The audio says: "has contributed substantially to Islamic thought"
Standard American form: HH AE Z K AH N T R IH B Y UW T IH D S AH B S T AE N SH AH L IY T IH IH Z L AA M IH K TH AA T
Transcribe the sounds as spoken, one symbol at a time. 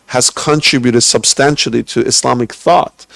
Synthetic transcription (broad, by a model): HH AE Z K AH N T R IH B Y UW T IH D S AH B S T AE N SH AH L IY T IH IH S L AA M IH K TH AA T